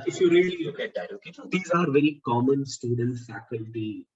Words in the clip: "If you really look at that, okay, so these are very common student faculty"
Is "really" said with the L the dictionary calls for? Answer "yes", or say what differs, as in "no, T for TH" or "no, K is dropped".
no, L is dropped